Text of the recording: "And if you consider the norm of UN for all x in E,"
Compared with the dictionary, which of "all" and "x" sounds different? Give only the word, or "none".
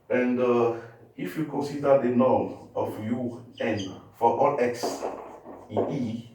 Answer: none